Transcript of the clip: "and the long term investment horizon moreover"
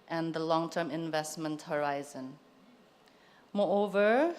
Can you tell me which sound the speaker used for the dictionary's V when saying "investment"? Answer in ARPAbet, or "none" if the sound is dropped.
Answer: V